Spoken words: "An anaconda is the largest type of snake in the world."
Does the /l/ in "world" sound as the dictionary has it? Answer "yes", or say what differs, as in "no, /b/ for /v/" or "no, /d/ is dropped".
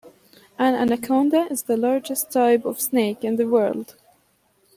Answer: yes